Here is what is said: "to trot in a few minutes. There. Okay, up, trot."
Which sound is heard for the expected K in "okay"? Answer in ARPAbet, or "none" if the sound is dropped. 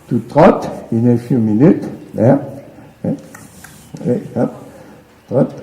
none